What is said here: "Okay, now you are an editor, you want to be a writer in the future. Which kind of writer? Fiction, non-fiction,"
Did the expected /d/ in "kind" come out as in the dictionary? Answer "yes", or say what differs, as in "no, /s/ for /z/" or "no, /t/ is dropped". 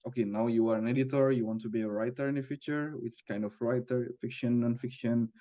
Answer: yes